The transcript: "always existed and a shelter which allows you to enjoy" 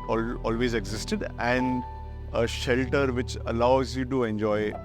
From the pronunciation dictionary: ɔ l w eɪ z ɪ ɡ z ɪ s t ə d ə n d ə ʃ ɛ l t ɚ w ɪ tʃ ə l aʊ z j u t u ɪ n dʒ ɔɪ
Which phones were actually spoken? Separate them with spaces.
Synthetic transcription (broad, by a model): ɔ l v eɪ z ɪ ɡ z ɪ s t ə d ə n d ə ʃ ɛ l t ɚ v ɪ tʃ ə l aʊ z j u t u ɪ n dʒ ɔɪ